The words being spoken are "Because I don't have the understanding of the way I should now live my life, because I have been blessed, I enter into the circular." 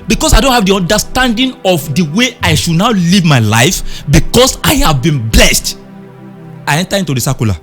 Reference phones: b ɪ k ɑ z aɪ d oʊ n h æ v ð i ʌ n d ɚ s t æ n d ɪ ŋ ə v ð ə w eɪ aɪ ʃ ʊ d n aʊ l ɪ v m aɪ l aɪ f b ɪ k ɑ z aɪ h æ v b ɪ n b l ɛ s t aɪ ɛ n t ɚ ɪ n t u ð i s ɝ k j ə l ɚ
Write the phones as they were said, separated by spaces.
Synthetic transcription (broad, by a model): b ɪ k ɑ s aɪ d oʊ n h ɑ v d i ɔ n d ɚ s t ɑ n d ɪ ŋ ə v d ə w eɪ aɪ ʃ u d n aʊ l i v m aɪ l aɪ f b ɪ k ɑ s aɪ h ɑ v b ɪ n b l ɛ s t aɪ ɛ n t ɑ ɪ n t u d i s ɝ k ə l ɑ